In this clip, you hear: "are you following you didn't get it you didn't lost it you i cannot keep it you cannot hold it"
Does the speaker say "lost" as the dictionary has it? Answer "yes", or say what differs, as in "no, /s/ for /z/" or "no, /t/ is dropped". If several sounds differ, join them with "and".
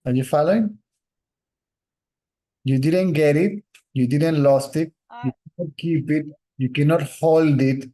yes